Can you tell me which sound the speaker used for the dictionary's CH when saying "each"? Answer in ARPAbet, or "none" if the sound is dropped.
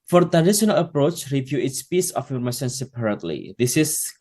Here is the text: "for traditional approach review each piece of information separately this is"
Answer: S